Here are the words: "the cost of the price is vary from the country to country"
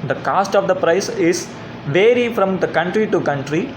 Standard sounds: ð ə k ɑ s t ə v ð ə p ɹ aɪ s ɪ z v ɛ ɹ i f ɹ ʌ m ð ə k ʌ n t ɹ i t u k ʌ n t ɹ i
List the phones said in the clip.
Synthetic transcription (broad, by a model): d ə k ɑ s t ə v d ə p ɹ aɪ s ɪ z v ɛ ɹ i f ɹ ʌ m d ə k ʌ n t ɹ i t u k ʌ n t ɹ i